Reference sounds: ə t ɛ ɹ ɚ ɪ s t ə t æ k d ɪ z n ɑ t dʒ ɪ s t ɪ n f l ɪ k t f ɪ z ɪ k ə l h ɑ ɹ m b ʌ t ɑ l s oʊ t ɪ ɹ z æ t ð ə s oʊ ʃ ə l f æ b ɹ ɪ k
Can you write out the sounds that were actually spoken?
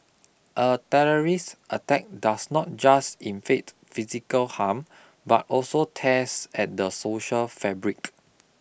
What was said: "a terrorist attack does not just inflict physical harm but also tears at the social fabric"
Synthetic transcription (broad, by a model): ə t ɛ ɹ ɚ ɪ s t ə t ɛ k d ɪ s n ɑ t dʒ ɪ s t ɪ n f ɛ t f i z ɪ k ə l h ɑ m b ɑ t ɑ l s oʊ t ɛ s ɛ t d ə s oʊ ʃ ə l f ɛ b ɹ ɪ k